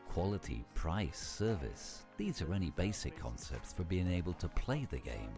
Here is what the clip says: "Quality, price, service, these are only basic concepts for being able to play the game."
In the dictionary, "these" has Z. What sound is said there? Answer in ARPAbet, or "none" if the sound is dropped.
Z